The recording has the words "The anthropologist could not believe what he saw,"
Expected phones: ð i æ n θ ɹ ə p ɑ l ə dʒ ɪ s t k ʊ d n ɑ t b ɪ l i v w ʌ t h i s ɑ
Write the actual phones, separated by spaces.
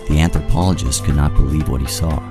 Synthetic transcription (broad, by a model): ð i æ n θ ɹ p ɑ l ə dʒ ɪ s t k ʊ d n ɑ t b ɪ l i v w ʌ t h i s ɑ